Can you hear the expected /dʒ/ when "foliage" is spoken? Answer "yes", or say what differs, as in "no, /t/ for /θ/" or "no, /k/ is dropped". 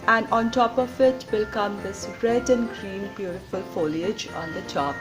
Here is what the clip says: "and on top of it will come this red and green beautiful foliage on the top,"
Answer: yes